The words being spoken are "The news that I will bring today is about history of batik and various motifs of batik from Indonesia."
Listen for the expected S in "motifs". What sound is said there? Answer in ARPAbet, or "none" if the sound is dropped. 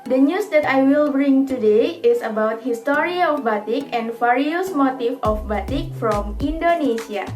none